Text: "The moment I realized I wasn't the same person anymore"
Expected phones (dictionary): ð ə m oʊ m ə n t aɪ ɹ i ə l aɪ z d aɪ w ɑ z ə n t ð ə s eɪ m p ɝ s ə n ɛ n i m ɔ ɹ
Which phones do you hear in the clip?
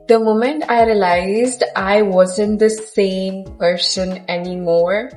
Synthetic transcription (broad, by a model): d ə m oʊ m ə n t aɪ ɹ i ə l aɪ z d aɪ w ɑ z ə n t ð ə s eɪ m p ɝ s ə n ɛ n i m ɔ ɹ